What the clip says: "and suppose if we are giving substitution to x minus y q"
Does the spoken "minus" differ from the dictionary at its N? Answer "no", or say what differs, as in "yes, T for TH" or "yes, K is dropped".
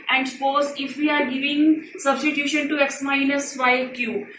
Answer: yes, L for N